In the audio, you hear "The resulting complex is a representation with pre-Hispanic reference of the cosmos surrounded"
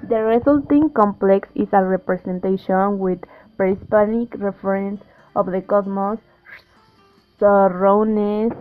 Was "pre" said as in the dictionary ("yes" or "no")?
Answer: no